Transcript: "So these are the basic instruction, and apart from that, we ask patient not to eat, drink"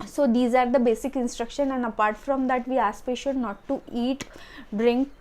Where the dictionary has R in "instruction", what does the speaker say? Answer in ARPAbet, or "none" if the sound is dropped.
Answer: R